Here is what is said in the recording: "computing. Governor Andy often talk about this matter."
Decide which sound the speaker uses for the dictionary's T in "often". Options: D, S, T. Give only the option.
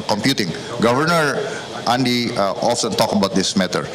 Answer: S